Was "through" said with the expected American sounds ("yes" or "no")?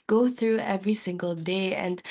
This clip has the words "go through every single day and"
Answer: yes